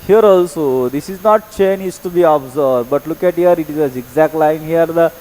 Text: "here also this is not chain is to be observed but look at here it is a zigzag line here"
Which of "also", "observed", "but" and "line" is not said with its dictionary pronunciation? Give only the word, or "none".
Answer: observed